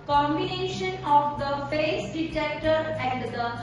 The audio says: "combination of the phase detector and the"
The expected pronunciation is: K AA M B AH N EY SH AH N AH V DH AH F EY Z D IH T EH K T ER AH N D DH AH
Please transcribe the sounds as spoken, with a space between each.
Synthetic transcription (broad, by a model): K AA M B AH N EY SH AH N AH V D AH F EY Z D IH T EH K T ER AH N D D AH